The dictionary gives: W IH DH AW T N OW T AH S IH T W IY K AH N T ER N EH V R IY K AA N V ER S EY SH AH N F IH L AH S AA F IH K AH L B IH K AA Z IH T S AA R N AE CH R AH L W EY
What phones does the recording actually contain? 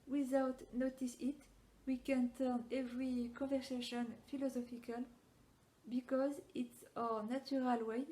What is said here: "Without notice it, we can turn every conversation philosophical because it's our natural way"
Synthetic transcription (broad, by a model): W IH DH AW T N OW T AH S IH T W IY K AH N T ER N EH V R IY K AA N V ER S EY SH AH N F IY L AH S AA F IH K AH L B IH K AA Z IH T S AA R N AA CH R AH L W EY